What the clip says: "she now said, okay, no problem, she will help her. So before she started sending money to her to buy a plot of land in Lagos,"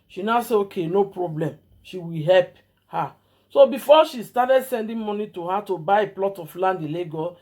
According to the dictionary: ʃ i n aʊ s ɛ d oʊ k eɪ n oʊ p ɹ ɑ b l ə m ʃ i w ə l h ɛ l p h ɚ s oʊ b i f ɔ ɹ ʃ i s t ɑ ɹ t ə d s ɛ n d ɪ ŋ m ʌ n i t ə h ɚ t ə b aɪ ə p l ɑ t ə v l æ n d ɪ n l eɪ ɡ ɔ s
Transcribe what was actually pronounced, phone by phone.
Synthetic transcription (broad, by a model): ʃ i n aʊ s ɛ oʊ k eɪ n oʊ p ɹ ɑ b l ə m ʃ i w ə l h ɛ l p h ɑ s oʊ b i f ɔ ʃ i s t ɑ t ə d s ɛ n d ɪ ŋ m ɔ n i t ə h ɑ t ə b aɪ ə p l ɑ t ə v l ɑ n d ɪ l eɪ ɡ ɔ